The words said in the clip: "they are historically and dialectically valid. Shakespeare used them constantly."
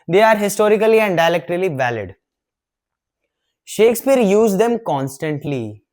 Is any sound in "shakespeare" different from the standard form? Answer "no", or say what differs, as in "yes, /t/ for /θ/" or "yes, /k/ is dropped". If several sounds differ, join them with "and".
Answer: no